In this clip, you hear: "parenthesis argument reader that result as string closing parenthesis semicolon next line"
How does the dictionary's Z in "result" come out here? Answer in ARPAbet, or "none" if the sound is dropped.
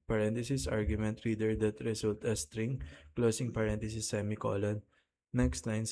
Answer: S